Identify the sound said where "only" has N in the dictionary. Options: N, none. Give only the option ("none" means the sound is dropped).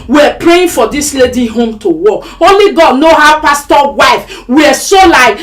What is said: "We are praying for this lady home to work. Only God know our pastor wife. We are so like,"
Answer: none